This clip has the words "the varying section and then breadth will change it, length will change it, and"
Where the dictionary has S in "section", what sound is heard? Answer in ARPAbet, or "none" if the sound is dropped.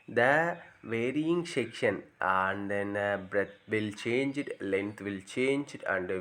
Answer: SH